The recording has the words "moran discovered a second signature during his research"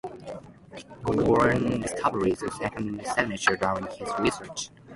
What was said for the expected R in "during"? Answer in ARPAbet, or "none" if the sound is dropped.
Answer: none